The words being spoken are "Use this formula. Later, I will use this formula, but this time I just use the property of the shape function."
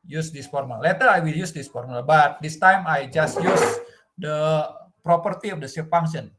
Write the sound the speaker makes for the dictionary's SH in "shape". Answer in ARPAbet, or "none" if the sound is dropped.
S